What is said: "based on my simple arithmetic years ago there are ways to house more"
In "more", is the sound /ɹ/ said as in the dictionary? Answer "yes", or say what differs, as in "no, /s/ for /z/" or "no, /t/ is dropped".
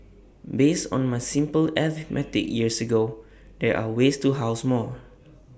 no, /l/ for /ɹ/